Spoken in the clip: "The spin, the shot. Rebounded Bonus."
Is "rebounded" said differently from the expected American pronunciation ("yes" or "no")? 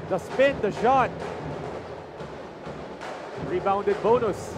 no